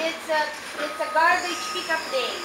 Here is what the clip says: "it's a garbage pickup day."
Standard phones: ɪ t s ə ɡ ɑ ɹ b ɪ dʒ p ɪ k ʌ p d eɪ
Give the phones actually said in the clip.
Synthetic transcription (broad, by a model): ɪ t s ə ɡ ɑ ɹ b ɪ tʃ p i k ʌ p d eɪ